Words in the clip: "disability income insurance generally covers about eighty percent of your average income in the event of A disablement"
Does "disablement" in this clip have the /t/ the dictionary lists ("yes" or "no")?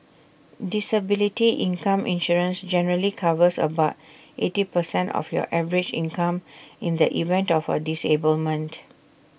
yes